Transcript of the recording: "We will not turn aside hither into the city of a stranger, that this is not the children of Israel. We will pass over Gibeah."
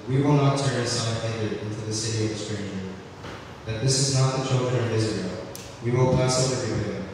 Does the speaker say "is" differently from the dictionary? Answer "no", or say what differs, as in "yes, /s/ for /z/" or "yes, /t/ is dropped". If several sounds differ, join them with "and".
no